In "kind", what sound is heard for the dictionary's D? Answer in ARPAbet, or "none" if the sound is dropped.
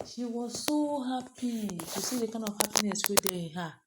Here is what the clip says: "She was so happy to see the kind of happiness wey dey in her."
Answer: none